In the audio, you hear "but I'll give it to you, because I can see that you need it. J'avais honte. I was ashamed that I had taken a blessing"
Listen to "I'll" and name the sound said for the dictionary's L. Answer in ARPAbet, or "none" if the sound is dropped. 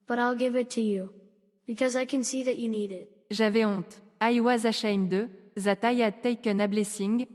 L